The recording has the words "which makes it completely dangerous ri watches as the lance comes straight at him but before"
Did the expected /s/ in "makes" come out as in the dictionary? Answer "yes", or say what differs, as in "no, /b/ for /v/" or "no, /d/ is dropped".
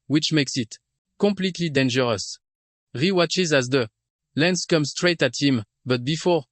yes